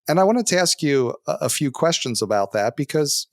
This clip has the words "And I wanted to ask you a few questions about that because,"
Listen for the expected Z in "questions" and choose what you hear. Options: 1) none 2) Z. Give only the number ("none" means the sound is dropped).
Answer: 2